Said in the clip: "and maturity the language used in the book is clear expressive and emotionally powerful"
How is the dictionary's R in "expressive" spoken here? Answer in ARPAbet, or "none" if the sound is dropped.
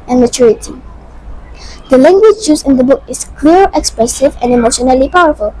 R